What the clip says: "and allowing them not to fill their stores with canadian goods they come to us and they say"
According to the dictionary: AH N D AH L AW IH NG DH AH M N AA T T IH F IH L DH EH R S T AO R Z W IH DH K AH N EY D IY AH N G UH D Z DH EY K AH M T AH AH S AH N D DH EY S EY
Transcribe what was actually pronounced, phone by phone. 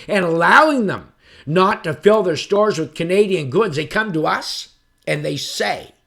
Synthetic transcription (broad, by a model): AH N AH L AW IH NG DH AH M N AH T T IH F IH L DH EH R S T AO R Z W IH DH K AH N EY D IY AH N G UH D Z DH EY K AH M T AH AH S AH N DH EY S EY